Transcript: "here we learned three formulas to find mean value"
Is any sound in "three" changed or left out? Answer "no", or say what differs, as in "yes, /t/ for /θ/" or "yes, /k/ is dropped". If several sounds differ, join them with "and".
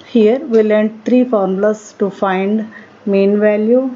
yes, /t/ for /θ/